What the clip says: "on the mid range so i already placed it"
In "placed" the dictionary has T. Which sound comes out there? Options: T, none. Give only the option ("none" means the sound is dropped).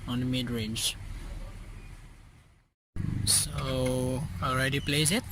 none